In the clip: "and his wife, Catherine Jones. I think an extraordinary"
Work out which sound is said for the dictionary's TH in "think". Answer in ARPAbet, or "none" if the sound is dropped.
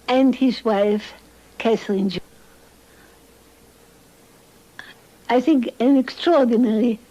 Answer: TH